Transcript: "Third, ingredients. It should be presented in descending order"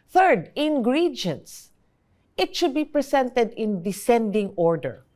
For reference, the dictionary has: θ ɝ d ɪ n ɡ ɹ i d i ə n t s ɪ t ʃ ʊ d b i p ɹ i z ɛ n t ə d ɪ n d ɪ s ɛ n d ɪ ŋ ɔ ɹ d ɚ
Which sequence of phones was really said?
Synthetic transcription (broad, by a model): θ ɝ d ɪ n ɡ ɹ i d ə n t s ɪ t ʃ ʊ d b i p ɹ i s ɛ n t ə d ɪ n d ɪ s ɛ n d ɪ ŋ ɔ ɹ d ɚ